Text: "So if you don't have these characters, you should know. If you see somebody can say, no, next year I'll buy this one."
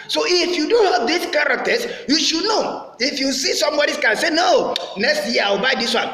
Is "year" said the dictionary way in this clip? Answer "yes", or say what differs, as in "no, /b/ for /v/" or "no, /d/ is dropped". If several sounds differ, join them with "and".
no, /w/ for /ɹ/